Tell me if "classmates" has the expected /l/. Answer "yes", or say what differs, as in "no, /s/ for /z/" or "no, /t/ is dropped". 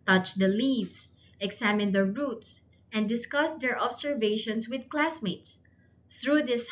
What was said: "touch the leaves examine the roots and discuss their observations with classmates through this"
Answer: yes